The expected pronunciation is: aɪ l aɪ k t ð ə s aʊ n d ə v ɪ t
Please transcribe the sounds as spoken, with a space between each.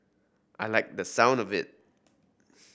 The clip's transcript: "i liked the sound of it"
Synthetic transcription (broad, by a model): aɪ l aɪ k ð ə s aʊ n d ə v ɪ t